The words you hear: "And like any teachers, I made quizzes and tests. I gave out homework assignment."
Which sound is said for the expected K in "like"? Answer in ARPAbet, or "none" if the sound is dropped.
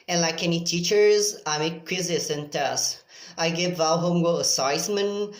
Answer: K